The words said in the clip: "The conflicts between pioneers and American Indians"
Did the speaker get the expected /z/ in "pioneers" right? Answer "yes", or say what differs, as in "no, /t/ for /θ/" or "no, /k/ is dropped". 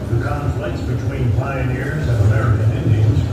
yes